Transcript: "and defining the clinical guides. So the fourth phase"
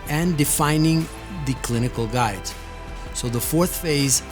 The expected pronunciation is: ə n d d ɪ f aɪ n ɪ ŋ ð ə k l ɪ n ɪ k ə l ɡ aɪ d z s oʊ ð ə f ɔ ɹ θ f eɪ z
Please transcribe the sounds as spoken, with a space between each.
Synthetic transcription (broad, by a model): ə n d d ɪ f aɪ n ɪ ŋ ð ə k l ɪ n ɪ k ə l ɡ aɪ d z s oʊ ð ə f ɔ ɹ θ f eɪ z